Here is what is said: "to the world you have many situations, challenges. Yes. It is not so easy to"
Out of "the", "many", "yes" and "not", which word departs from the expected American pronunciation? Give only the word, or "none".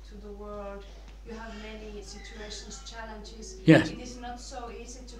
yes